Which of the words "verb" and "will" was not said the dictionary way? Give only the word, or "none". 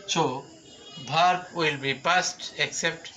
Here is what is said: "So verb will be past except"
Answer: verb